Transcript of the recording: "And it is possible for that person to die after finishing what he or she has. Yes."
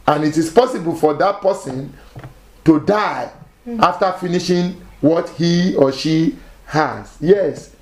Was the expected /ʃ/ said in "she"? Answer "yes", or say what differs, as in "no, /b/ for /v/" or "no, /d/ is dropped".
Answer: yes